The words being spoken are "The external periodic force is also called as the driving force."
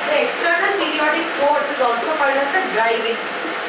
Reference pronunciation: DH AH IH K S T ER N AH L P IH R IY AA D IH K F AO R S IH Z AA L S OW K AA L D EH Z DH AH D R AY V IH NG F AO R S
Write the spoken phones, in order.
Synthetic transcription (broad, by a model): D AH IH K S T ER N AH L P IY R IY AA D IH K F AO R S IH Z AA N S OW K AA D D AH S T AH D R AY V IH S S